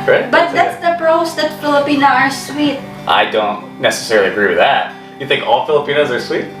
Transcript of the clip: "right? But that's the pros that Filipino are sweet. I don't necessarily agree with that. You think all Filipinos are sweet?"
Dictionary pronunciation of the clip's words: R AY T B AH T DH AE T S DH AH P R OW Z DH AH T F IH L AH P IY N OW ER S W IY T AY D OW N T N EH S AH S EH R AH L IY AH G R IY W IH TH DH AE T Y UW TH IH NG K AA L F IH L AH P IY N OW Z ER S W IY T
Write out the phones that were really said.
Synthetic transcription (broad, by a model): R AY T B AH T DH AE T S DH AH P R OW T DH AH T F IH L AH P IY N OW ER S W IY T AY D OW N T N EH S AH S EH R L IY AH G R IY W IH DH AE T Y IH TH IH NG K AA L F IH L AH P IY N OW Z ER S W IY T